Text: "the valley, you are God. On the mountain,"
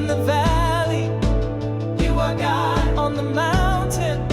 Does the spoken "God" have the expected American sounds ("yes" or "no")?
no